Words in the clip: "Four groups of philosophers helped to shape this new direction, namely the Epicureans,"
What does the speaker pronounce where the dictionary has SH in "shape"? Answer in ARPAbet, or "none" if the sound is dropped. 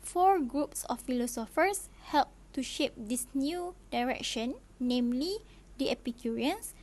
SH